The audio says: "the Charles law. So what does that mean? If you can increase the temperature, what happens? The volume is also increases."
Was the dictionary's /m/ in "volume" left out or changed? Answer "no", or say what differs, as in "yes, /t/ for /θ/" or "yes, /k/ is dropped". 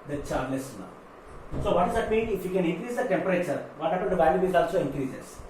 yes, /m/ is dropped